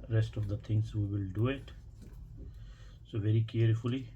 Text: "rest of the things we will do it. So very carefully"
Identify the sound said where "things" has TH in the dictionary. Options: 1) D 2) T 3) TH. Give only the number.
2